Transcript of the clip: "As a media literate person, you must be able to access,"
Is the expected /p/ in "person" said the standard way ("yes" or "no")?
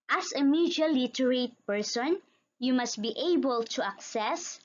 yes